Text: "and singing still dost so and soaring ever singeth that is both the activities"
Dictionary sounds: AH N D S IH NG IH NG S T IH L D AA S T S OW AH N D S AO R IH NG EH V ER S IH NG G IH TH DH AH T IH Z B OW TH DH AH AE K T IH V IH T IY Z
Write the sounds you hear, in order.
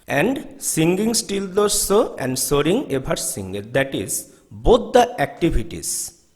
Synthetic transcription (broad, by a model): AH N D S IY NG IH NG S T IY L D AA T S OW AH N D S AO R IH NG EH B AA S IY NG G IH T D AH T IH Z B OW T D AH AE K T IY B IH T IY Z